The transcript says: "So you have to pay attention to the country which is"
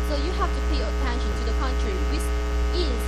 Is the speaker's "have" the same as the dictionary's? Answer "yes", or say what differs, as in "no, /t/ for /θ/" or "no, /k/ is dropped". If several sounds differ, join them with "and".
no, /f/ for /v/